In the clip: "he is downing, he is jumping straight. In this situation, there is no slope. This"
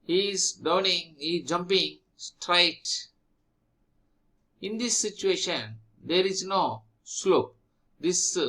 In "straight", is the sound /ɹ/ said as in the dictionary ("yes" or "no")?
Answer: yes